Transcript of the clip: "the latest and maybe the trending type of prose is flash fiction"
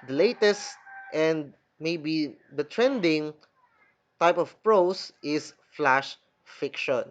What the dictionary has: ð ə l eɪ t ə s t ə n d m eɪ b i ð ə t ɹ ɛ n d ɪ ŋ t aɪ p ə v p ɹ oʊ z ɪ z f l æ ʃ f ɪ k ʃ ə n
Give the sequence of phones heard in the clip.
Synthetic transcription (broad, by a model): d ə l eɪ t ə s t ə n d m eɪ b i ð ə t ɹ ɛ n d ɪ ŋ t aɪ p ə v p ɹ oʊ s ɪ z f l æ ʃ f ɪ k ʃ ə n